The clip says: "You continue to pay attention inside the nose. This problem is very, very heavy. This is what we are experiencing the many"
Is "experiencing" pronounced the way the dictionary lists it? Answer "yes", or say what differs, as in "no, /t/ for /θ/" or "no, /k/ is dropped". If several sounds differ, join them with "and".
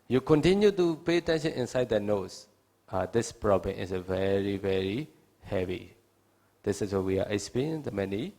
no, /k/ is dropped